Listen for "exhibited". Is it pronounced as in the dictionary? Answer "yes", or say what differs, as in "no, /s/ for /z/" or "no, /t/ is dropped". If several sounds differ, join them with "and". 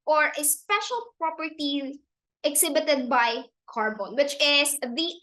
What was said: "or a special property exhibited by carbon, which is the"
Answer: no, /s/ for /z/